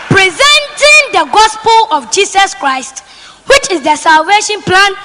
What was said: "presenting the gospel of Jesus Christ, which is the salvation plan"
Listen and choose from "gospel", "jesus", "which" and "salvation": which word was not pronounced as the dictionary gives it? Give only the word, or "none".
jesus